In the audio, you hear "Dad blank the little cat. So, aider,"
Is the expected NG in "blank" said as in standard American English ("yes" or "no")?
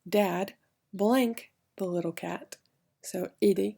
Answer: yes